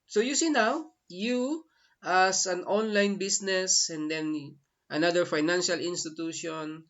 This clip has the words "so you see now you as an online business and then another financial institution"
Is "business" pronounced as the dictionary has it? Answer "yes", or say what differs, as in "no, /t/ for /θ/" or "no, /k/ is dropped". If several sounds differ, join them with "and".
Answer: no, /s/ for /z/